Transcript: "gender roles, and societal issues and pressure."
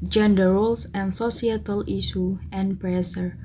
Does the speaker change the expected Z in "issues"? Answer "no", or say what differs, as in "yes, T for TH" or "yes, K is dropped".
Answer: yes, Z is dropped